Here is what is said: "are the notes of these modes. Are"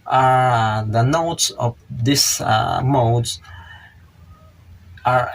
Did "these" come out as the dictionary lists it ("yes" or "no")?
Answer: no